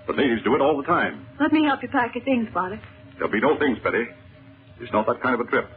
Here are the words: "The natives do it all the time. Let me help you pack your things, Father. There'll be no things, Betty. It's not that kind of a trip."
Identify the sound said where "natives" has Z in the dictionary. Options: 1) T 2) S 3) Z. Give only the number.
3